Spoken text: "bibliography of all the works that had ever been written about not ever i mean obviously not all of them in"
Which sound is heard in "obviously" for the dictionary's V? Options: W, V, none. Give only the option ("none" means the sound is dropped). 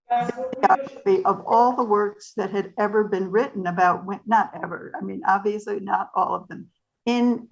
V